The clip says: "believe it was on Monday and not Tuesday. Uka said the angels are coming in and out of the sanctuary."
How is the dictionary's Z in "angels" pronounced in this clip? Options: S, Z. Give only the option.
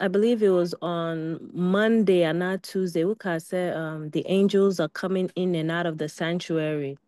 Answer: Z